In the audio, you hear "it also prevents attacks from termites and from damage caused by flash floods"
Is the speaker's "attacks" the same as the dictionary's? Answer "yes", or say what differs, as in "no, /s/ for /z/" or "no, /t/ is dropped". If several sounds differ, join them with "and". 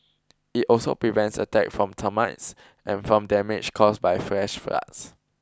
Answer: no, /s/ is dropped